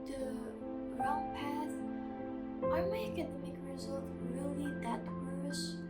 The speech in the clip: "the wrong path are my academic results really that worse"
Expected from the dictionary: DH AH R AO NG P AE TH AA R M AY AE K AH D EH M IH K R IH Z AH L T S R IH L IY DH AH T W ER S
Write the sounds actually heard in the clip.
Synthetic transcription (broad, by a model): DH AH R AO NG P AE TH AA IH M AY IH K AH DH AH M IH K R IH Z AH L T R IH L IY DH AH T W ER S